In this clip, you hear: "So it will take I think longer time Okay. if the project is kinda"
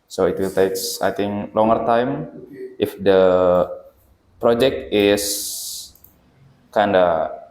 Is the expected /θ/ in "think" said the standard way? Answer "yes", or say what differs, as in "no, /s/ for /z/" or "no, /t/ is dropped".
no, /t/ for /θ/